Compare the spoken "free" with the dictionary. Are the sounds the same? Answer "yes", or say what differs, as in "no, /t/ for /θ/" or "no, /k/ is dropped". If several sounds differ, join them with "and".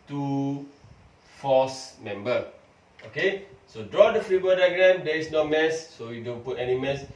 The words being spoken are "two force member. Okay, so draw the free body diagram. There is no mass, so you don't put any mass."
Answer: yes